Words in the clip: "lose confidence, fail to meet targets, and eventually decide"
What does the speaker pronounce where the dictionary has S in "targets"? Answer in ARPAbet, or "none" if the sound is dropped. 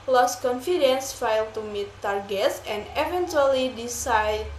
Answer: S